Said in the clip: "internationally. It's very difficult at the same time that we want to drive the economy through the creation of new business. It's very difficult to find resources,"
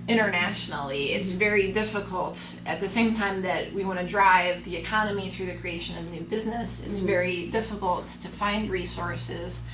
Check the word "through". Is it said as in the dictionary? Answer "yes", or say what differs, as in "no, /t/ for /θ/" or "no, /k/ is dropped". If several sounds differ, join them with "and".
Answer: yes